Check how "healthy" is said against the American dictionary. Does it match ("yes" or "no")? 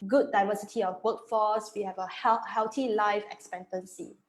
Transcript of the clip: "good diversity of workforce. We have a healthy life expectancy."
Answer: no